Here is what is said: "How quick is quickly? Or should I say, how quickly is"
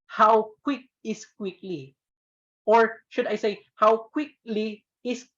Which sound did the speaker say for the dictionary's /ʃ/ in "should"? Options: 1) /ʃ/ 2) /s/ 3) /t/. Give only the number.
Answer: 1